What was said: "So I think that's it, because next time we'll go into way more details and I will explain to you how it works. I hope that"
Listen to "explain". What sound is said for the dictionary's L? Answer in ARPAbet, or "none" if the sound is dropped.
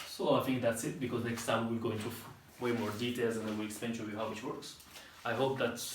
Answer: none